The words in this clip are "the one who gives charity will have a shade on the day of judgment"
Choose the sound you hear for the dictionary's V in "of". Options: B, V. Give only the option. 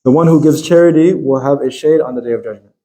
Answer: V